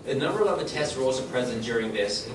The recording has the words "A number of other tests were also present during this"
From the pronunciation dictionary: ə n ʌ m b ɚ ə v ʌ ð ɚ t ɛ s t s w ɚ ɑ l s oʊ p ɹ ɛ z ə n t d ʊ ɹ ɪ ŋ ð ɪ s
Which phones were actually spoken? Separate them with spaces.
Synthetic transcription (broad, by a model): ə n ʌ m b ɚ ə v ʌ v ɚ t ɛ s t s w ɚ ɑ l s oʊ p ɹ ɛ z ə n d ʊ ɹ ɪ ŋ ð ɪ s